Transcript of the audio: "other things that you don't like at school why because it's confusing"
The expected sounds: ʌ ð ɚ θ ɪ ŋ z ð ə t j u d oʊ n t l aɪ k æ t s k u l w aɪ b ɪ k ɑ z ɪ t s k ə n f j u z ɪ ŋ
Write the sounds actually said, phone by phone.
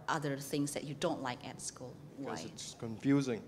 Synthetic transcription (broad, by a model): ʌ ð ɚ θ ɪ ŋ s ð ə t j u d oʊ n t l aɪ k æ t s k u l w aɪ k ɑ ɪ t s k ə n f j u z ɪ ŋ